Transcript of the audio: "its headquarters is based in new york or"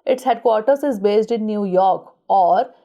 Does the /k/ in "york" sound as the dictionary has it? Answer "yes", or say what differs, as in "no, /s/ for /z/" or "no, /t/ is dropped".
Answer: yes